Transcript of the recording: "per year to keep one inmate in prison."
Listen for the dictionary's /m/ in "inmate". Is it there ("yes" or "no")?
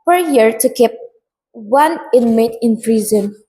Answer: yes